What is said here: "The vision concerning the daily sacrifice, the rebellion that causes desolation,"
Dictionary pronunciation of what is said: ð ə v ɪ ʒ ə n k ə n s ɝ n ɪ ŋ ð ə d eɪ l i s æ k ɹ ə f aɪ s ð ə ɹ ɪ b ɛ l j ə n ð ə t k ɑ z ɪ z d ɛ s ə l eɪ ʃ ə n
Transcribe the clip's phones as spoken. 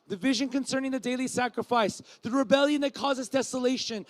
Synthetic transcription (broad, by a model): ð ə v ɪ ʒ ə n k ə n s ɝ n ɪ ŋ ð ə d eɪ l i s æ k ɹ ə f aɪ s ð ə ɹ ɪ b ɛ l j ə n ð ə t k ɑ z ɪ z d ɛ s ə l eɪ ʃ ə n